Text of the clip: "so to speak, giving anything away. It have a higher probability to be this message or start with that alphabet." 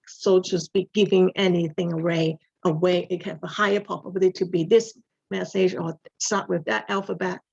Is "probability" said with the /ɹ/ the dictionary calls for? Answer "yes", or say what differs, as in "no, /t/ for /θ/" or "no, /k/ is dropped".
no, /ɹ/ is dropped